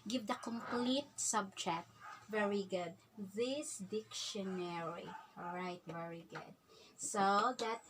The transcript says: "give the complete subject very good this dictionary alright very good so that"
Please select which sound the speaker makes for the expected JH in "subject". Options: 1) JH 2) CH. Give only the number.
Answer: 2